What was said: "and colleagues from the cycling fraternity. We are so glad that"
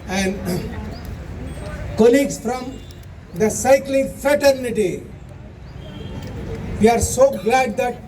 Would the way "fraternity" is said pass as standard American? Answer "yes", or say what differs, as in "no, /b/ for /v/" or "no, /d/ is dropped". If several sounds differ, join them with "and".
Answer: yes